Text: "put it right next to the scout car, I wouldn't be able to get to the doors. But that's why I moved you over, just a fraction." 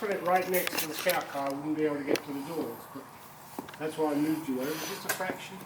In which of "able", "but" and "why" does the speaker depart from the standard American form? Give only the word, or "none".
able